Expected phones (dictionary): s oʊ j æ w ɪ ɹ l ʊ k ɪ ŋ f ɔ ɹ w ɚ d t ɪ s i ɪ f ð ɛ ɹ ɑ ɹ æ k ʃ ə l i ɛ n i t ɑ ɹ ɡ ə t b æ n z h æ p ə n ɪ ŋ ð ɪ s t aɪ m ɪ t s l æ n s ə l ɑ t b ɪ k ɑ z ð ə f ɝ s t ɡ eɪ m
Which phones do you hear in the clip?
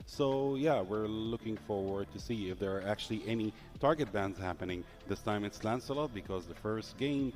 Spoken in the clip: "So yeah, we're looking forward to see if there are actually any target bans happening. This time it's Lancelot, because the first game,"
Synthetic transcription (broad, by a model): s oʊ j æ w ɪ ɹ l ʊ k ɪ ŋ f ɔ ɹ w ɚ d t ɪ s i ɪ f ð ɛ ɹ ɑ ɹ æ k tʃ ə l i ɛ n i t ɑ ɹ ɡ ə t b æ n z h æ p ə n ɪ ŋ ð ɪ s t aɪ m ɪ t s l æ n s ə l ɑ t b ɪ k ɑ z ð ə f ɝ s t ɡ eɪ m